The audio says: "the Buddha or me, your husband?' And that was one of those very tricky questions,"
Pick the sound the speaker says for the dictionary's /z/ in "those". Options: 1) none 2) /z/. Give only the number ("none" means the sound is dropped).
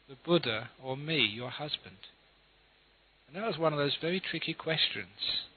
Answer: 2